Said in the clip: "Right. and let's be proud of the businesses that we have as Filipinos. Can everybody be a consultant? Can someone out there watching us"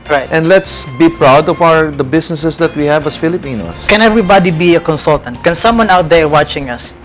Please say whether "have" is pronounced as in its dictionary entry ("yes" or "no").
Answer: yes